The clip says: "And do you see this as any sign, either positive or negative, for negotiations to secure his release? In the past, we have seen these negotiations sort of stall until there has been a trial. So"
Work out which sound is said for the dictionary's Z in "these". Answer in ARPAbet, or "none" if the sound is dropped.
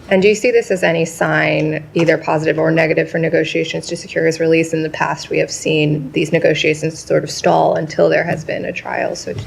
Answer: Z